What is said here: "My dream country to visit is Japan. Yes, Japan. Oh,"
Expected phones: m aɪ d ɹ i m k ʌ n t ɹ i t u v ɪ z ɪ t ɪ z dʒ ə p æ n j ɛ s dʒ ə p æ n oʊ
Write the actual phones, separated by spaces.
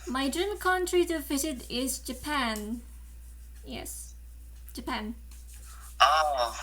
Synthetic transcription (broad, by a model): m aɪ d ɹ i m k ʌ n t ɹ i t u f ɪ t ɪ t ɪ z dʒ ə p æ n j ɛ s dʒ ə p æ n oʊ